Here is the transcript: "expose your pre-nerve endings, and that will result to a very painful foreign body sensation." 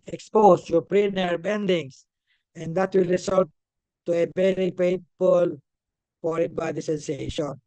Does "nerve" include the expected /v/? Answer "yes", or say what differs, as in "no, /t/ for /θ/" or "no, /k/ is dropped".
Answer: no, /b/ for /v/